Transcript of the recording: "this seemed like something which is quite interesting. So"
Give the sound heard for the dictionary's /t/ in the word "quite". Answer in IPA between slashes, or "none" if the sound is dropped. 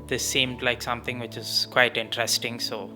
/t/